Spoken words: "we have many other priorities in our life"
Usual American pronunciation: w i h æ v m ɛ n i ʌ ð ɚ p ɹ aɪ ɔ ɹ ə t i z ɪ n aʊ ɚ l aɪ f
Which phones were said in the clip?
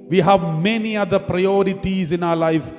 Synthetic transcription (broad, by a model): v i h æ v m ɛ n i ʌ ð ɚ p ɹ aɪ ɔ ɹ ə t i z ɪ n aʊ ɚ l aɪ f